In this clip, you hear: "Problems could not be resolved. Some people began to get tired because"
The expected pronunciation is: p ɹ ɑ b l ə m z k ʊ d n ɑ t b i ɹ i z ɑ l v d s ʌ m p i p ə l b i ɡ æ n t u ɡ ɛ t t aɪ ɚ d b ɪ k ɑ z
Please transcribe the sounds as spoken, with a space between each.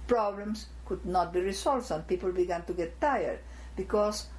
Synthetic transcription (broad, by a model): p ɹ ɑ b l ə m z k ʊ d n ɑ t b i ɹ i s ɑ l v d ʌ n p i p ə l b i ɡ æ n t u ɡ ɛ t t aɪ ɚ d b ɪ k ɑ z